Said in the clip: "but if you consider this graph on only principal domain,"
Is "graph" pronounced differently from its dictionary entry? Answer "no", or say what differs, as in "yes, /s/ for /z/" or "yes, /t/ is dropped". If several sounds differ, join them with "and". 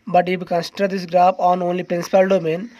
yes, /p/ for /f/